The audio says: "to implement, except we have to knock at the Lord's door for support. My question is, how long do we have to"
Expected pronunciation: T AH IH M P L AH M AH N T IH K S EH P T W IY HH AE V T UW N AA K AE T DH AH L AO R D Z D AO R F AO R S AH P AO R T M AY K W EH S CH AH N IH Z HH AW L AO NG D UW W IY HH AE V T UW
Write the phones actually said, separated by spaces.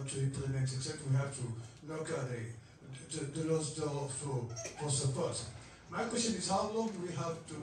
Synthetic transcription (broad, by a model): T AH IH P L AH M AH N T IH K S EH T W IY HH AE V T UW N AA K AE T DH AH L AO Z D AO L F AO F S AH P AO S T M AY K W EH S CH AH N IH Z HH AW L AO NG W IY HH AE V T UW